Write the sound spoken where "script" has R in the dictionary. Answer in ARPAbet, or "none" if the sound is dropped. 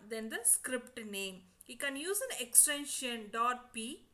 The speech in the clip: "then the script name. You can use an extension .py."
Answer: R